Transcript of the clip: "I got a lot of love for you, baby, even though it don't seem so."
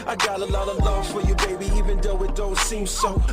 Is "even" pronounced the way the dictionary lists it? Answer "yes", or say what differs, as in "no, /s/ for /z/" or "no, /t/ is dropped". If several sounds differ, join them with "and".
yes